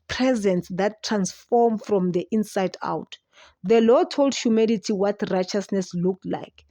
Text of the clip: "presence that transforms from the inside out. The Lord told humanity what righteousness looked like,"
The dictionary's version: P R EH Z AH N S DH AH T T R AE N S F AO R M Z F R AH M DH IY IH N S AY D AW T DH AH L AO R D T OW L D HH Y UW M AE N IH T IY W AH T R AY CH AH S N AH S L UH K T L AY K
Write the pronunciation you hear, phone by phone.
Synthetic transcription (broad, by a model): P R EH Z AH N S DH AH T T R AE N S F AO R M F R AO M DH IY IH N S AY D AW T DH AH L AO T OW L D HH Y UW M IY L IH T IY W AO T R AY CH AH S N AH S L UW K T L AY K